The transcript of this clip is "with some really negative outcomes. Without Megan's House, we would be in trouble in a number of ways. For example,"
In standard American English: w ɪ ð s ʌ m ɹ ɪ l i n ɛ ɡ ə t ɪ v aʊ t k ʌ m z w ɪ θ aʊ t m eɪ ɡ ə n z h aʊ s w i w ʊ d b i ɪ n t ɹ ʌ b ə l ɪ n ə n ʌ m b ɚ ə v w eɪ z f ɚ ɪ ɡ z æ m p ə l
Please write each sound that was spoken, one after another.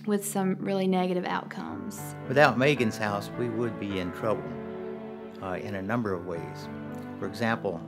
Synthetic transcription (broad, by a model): w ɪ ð s ʌ m ɹ ɪ l i n ɛ ɡ ə t ɪ v aʊ t k ʌ m z w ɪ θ aʊ t m eɪ ɡ ə n z h aʊ s w i w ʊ d b i ɪ n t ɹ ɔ ə n ɪ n ə n ʌ m b ɚ ə v w eɪ z f ɚ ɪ ɡ z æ m p l